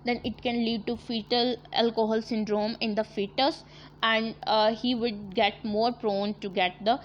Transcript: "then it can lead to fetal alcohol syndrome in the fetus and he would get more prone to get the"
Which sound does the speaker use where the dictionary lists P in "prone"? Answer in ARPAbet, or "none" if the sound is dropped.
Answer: P